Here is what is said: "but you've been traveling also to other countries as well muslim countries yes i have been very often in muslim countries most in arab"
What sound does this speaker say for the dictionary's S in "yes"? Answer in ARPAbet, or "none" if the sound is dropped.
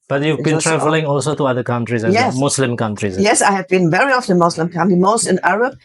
S